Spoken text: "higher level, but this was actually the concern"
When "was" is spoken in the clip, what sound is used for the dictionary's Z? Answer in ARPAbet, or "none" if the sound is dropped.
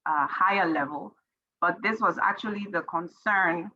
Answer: Z